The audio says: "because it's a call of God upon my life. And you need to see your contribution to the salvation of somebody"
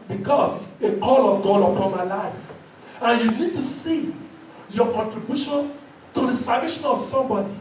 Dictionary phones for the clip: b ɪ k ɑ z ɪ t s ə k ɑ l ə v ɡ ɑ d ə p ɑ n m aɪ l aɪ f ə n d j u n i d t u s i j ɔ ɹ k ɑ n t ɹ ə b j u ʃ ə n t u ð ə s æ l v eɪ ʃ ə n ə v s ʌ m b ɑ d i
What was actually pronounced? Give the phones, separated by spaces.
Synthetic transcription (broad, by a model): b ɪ k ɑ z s ə k ɑ l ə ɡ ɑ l ə p ɑ n m aɪ l aɪ f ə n j u n i d t u s i j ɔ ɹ k ɑ n t ɹ ə b j u ʃ ə n t u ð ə s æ v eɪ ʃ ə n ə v s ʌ m b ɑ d i